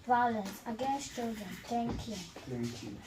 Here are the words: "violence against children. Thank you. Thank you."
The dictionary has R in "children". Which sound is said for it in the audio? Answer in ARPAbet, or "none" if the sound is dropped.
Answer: R